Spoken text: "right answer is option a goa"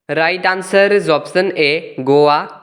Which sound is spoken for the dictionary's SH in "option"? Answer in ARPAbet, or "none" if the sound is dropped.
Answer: S